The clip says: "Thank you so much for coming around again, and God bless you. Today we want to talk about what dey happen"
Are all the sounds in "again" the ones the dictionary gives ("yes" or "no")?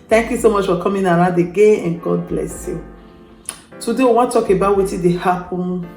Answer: no